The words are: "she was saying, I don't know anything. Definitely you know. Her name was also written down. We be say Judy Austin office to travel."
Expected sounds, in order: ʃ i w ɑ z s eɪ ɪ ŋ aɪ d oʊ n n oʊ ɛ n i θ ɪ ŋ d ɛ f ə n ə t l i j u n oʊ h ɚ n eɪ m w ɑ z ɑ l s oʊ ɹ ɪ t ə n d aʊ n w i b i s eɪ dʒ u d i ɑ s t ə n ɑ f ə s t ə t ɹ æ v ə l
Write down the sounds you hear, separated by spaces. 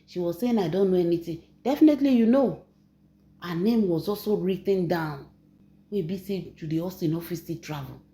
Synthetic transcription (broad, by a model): ʃ i w ɑ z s eɪ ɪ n aɪ d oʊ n n oʊ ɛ n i t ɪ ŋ d ɛ f ə n ə t l i j u n oʊ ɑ n eɪ m w ɑ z ɑ l s oʊ ɹ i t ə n d aʊ n w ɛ b i s eɪ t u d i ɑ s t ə n ɑ f ə s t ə t ɹ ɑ v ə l